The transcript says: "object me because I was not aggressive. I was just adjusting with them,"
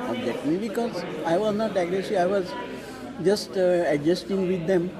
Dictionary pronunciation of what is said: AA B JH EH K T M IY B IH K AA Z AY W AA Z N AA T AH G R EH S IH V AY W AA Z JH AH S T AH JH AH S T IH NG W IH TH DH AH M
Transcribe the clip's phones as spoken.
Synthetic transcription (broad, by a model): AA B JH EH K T M IY B IH K AA Z AY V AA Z N AA T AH G R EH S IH AY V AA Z JH AH S T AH JH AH S T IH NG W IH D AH M